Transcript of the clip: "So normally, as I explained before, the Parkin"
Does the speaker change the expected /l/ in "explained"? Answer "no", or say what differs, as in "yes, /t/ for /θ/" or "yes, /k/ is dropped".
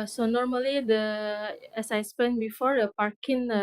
yes, /l/ is dropped